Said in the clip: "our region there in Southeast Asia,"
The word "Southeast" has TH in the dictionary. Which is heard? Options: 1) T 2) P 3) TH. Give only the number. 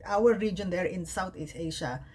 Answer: 1